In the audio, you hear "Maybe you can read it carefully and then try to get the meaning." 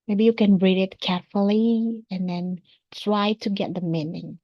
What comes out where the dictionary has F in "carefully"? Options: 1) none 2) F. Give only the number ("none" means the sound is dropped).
2